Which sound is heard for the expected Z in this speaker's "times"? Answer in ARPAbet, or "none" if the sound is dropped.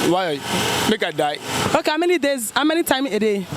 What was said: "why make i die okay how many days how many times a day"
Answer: none